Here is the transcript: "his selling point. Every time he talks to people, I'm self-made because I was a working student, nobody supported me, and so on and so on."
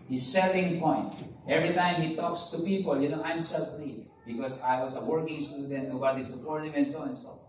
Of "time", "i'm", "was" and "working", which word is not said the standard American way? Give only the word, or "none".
was